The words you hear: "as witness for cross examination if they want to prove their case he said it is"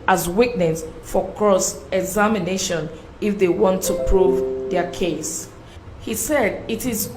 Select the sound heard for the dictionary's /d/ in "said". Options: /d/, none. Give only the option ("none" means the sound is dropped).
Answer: /d/